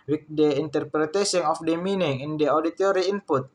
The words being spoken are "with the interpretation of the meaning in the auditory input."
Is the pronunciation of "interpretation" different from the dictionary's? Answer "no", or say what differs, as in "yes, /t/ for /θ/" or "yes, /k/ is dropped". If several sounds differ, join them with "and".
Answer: yes, /s/ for /ʃ/